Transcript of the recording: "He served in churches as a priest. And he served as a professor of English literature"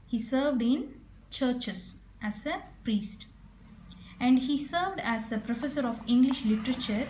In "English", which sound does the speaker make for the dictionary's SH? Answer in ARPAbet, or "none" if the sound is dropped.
SH